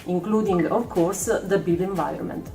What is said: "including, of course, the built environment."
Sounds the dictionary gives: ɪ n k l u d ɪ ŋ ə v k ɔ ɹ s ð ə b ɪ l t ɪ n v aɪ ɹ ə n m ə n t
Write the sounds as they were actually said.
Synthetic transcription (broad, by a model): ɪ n k l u d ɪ ŋ ə v k ɔ ɹ s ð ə b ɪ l ɪ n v aɪ ɹ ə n m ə n t